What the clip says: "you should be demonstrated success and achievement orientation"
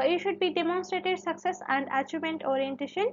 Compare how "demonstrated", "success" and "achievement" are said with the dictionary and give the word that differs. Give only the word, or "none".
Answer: achievement